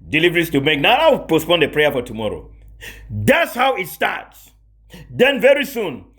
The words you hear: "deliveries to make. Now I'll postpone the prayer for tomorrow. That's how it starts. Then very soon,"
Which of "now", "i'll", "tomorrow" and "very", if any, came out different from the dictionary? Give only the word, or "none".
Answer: i'll